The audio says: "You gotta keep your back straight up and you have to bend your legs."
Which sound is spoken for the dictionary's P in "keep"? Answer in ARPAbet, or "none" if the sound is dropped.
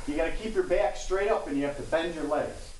P